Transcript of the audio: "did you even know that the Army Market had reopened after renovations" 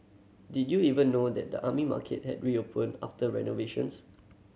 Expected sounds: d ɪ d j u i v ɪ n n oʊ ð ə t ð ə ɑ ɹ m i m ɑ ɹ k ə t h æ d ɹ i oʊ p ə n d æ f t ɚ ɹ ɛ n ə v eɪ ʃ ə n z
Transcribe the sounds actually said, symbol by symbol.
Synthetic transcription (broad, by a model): d ɪ d j u i v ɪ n n oʊ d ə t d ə ɑ m i m ɑ k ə t h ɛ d ɹ i oʊ p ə n ɑ f t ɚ ɹ ɛ n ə v eɪ ʃ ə n s